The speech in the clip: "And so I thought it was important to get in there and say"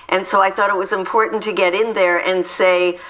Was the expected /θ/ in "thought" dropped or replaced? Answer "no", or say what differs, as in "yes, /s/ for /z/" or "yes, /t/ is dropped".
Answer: no